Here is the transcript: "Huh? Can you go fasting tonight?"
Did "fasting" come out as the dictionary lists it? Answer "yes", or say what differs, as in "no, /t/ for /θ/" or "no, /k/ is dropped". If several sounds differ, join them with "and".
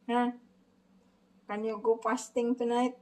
no, /p/ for /f/